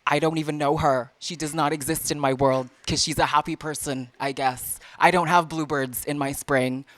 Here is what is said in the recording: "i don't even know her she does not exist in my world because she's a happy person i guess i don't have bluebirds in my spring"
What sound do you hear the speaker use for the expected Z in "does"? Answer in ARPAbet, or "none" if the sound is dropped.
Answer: Z